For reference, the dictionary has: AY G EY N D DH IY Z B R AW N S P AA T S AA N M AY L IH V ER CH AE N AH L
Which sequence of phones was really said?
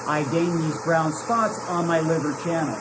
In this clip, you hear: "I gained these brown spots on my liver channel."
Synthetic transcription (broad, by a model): AY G EY N DH IY Z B R AW N S P AA T S N M AY L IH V ER CH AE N L